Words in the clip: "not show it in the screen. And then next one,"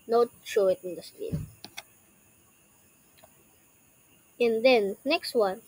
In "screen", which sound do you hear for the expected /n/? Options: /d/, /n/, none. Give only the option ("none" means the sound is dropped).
none